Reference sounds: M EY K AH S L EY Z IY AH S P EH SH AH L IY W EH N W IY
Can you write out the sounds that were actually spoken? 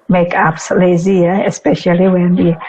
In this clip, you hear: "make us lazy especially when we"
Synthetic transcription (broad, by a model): M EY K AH S L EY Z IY AH S P EH SH AH L IY W EH N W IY